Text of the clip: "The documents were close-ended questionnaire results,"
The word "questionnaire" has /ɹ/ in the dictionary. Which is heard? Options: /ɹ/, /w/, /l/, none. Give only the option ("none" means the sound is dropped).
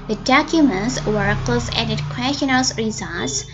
/l/